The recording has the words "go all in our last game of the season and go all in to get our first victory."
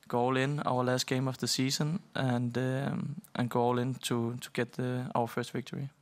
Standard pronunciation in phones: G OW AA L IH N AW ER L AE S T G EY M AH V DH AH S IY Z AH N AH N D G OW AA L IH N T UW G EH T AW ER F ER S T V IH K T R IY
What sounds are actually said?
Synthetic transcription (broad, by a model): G OW AA L IH N AW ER L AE S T G EY M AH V DH AH S IY S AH N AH N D G OW AA L IH N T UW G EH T AW ER F ER S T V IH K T R IY